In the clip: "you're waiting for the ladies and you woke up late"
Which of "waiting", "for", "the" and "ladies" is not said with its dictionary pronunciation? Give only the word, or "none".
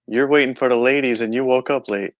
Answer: none